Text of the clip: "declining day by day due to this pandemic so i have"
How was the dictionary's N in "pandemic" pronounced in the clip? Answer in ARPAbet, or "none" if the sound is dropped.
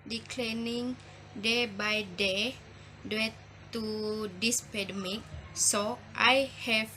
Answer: none